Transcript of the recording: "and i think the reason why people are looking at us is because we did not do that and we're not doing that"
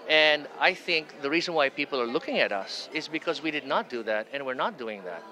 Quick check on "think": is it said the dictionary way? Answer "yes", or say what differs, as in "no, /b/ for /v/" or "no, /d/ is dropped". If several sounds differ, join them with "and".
yes